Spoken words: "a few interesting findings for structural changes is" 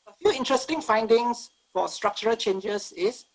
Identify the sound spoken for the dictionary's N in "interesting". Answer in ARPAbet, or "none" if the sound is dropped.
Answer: N